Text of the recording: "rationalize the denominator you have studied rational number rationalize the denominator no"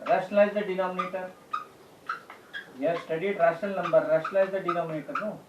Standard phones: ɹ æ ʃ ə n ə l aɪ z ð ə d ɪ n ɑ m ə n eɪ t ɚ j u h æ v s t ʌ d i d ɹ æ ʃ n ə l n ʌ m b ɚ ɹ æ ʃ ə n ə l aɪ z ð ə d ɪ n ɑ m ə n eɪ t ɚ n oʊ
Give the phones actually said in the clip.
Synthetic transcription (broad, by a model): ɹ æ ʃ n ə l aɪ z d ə d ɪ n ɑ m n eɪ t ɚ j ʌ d s t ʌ d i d ɹ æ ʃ ə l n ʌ m b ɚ ɹ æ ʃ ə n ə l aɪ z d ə d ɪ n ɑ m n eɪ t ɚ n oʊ